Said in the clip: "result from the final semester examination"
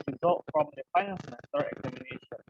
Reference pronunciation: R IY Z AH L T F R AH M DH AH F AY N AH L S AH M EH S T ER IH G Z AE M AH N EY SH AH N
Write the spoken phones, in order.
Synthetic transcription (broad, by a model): R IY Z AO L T F R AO M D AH F AY N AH N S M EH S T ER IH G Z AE M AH N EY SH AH N